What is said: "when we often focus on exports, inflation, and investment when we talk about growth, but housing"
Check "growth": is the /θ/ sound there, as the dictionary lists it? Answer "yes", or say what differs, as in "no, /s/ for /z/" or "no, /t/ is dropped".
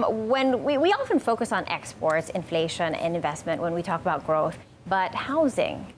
yes